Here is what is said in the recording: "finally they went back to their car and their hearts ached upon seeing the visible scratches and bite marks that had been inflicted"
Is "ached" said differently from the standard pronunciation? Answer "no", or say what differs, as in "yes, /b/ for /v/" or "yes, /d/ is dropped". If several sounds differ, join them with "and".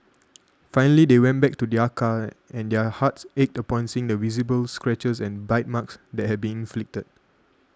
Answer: no